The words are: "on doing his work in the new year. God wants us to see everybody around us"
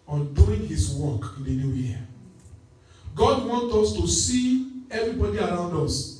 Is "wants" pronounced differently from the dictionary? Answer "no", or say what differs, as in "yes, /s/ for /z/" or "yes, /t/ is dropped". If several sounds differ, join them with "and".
yes, /s/ is dropped